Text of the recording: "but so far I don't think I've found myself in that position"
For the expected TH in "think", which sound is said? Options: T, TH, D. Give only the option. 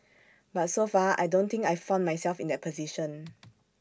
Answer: T